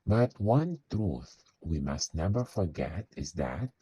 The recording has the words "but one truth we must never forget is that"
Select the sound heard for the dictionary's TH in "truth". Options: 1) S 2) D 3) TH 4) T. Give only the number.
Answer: 3